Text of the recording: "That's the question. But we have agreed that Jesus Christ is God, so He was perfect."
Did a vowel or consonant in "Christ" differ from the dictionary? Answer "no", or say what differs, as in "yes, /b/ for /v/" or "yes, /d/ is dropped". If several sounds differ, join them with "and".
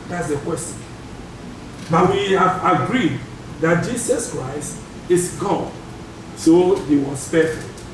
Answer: no